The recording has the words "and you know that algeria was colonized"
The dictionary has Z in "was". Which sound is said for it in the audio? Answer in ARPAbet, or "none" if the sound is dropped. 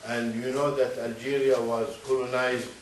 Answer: Z